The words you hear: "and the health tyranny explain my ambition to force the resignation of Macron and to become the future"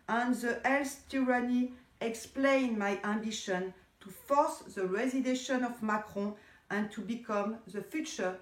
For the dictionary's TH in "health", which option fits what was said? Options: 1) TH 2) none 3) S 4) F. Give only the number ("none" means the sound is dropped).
3